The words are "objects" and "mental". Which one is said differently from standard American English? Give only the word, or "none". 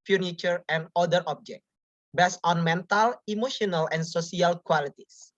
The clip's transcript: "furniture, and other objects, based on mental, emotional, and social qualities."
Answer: objects